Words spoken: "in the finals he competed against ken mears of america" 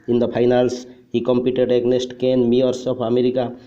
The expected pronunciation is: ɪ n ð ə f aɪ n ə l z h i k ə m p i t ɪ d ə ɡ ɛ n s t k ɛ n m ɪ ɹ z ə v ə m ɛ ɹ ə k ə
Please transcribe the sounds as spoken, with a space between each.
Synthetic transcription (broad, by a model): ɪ n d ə p aɪ n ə l s h i k ə m p i t ɪ d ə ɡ n s t k ɛ n m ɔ ɹ s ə p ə m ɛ ɹ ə k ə